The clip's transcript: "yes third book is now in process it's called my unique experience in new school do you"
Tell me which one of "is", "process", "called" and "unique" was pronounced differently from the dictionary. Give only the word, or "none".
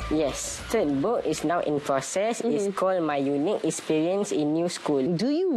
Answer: is